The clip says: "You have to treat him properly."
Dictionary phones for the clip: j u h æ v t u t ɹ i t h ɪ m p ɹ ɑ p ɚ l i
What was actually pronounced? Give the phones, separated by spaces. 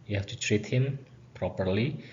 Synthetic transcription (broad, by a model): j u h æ f t u t ɹ i t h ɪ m p ɹ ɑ p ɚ l i